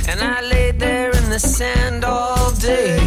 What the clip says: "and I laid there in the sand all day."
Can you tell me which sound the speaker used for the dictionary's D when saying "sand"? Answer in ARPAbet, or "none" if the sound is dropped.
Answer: D